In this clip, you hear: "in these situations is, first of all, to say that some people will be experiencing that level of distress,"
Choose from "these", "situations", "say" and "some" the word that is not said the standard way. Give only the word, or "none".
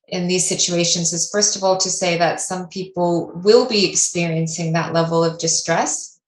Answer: none